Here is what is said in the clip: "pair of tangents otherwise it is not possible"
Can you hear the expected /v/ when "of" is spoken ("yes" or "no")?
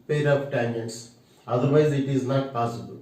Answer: no